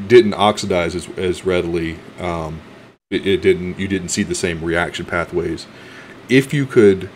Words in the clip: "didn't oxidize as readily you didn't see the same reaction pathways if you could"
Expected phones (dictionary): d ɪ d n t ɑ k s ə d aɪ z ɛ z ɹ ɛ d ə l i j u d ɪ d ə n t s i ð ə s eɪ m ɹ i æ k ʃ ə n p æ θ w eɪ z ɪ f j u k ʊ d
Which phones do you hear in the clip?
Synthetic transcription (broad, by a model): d ɪ d n t ɑ k s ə d aɪ z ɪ z ɹ ɛ d ə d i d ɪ d ɪ d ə n t s i ð ə s eɪ m ɹ i æ k ʃ ə n p æ θ w eɪ z ɪ f j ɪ k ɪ d